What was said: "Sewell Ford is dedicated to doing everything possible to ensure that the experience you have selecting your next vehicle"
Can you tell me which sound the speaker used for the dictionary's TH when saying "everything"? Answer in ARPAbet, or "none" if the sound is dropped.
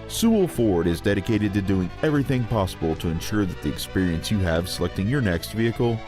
TH